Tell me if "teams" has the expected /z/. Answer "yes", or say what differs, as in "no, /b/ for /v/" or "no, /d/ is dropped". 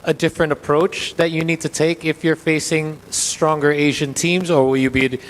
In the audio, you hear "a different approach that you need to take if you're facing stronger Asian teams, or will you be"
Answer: yes